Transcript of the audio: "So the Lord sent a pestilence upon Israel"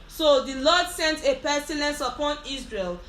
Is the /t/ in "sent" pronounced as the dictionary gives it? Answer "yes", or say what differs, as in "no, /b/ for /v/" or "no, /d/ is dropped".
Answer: yes